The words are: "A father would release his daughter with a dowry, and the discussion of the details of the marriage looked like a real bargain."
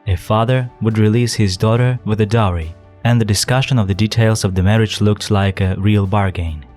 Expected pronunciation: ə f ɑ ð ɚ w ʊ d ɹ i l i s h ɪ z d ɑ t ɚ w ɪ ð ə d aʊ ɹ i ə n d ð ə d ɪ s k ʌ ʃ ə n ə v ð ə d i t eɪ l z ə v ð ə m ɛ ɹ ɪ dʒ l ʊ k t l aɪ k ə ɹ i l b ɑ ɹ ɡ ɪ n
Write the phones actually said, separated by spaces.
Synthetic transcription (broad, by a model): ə f ɑ ð ɚ w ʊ d ɹ i l i s h ɪ z d ɑ t ɚ w ɪ ð ə d aʊ ɹ i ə n ð ə d ɪ s k ʌ ʃ ə n ə v ð ə d i t eɪ l z ə v ð ə m ɛ ɹ ɪ dʒ l ʊ k t l aɪ k ə ɹ i l b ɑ ɹ ɡ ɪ n